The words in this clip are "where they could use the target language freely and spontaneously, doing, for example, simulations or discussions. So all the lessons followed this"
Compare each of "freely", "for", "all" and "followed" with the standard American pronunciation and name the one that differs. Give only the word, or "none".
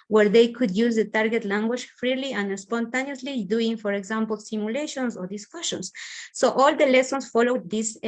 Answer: none